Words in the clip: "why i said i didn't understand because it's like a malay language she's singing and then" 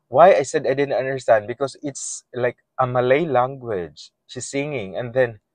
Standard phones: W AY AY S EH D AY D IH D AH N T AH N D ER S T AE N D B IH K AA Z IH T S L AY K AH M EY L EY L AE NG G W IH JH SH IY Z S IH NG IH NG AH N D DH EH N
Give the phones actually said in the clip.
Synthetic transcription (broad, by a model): W AY AY S EH D AY D IH D AH N T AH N D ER S T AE N D B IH K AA S IH T S L AY K AH M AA L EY L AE NG G W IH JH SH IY S IH NG IH NG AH N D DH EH N